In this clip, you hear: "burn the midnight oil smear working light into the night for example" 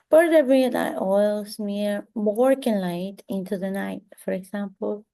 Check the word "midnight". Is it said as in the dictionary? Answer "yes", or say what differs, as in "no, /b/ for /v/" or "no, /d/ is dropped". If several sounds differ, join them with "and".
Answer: no, /n/ is dropped